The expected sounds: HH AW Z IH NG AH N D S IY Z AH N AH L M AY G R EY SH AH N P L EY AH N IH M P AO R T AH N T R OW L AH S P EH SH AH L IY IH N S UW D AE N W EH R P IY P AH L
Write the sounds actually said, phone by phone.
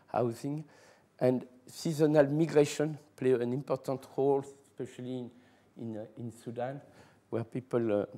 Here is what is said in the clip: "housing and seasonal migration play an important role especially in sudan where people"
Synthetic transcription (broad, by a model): HH AW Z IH NG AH N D S IY Z AH N AH L M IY G R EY SH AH N P L EY AH N IH M P AO R T AH N T R OW L S P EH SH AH L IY IH N S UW D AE N W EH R P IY P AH L